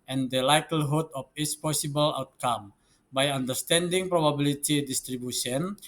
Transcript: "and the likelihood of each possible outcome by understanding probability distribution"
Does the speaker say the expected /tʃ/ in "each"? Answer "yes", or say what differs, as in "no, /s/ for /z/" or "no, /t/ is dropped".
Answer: no, /s/ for /tʃ/